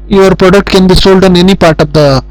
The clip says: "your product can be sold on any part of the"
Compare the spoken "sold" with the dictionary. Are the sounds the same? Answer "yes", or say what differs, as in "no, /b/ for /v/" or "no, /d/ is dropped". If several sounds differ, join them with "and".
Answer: yes